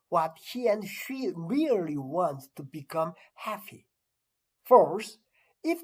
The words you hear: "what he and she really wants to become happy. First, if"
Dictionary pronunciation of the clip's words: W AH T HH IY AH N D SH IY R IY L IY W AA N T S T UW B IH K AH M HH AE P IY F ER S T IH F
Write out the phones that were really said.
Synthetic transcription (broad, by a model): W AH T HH IY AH N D SH IY R IY L IY W AA N T S T UW B IH K AH M HH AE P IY F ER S IH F